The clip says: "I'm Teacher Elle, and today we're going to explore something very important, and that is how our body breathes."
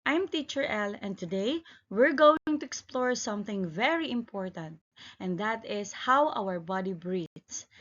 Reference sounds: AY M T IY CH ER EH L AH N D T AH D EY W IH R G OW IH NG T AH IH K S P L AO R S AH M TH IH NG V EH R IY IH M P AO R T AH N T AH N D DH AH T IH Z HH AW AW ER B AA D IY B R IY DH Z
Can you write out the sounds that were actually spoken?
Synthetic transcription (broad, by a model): AY M T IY CH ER EH L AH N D T AH D EY W IH R G OW IH NG T AH IH K S P L AO R S AH M TH IH NG V EH R IY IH M P AO R T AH N T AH N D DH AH T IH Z HH AW AW ER B AA D IY B R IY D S